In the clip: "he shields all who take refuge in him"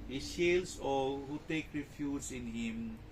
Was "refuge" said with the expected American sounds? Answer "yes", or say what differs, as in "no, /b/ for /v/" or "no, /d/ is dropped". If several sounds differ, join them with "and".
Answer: no, /z/ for /dʒ/